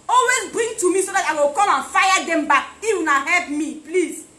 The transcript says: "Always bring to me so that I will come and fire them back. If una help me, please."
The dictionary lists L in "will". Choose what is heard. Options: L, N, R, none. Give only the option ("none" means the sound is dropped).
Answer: L